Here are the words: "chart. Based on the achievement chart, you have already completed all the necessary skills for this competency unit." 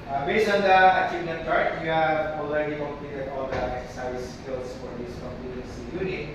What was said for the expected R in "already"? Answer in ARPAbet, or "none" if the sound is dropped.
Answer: L